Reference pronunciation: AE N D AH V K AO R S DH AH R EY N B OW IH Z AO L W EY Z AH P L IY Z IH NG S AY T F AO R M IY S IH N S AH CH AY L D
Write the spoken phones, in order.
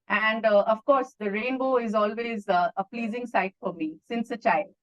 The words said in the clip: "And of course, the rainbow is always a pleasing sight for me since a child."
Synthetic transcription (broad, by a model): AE N D AH V K AO R S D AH R EY N B OW IH Z AO L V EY Z AH P L IY Z IH NG S AY T F AO R M IY S IH N S AH CH AY L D